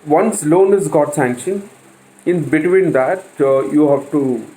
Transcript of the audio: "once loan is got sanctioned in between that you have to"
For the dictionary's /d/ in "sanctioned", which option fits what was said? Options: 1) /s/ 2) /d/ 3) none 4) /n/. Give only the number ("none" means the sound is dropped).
3